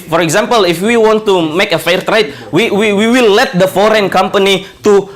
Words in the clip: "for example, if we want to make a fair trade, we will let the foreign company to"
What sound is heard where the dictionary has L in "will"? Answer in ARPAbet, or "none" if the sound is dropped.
W